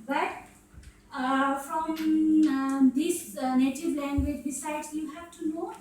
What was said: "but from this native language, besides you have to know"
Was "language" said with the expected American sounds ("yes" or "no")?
yes